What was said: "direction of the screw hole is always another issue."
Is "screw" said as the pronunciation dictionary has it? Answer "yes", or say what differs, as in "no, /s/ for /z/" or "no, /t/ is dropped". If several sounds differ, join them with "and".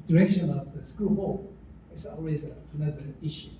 no, /ɹ/ is dropped